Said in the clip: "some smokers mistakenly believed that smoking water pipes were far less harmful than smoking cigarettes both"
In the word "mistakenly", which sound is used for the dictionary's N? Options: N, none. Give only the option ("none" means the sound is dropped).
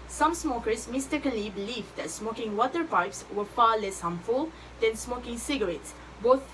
none